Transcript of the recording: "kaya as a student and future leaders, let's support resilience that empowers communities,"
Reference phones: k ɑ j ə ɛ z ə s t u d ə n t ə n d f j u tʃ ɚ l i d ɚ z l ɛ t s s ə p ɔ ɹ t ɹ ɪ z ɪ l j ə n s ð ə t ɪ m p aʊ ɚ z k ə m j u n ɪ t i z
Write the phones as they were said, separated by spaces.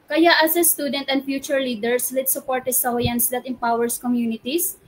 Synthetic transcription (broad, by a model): k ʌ j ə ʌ s ə s t u d ə n t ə n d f j u tʃ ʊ l i d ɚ s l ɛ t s s ə p ɔ ɹ t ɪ s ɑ j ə n s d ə t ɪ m p aʊ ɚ s k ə m j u n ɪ t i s